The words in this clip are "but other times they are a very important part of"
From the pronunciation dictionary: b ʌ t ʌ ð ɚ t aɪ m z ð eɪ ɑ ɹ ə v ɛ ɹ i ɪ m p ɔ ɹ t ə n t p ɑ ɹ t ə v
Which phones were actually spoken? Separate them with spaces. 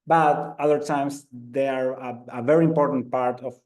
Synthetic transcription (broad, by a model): b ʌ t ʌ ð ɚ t aɪ m s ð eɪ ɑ ɹ ə v ɛ ɹ i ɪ m p ɔ ɹ t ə n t p ɑ ɹ t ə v